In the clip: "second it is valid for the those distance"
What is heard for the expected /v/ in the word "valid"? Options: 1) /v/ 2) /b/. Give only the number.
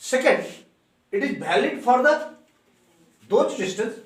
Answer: 2